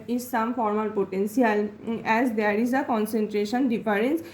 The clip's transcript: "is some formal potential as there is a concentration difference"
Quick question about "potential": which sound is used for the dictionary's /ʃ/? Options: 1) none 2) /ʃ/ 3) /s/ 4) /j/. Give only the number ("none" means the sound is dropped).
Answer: 3